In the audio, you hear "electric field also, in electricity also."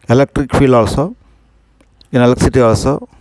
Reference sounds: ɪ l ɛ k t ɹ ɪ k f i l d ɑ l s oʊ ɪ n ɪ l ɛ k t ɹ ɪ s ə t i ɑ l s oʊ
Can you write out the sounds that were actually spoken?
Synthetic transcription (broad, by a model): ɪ l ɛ k t ɹ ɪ k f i l ɑ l s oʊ ɪ n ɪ l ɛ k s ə t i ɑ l s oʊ